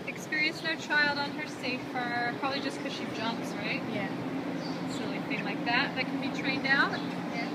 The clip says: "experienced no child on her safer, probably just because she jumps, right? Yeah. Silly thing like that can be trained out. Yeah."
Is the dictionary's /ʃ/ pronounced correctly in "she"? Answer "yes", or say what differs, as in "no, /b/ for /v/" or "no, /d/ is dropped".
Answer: yes